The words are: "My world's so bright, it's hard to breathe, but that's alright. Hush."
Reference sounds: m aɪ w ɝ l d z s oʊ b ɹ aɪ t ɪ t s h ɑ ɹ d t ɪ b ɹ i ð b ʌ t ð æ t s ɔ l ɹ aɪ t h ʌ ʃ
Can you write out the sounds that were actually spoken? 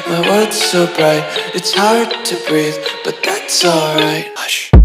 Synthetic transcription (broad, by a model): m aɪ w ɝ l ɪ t s oʊ b ɹ aɪ t ɪ t s h ɑ ɹ d t ɪ b ɹ i ð b ʌ t ð æ t s ɔ l ɹ aɪ t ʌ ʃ